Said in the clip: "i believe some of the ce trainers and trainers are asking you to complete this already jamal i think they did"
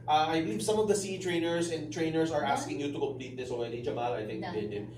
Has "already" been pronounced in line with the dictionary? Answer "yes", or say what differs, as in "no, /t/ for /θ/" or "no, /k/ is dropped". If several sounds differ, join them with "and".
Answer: no, /ɹ/ is dropped